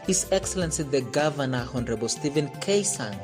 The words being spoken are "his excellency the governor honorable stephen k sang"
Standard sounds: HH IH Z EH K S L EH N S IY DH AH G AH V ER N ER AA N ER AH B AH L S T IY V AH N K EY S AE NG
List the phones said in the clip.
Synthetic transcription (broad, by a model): HH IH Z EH K S L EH N S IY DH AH G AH V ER N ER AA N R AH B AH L S T IY V AH N K EY S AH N